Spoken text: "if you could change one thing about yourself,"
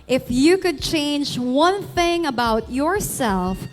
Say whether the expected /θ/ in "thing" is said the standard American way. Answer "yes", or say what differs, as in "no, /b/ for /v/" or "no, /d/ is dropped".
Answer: yes